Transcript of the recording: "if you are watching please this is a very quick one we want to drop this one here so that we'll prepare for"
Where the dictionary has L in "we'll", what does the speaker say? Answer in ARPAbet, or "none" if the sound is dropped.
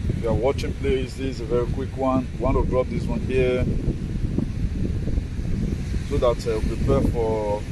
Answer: W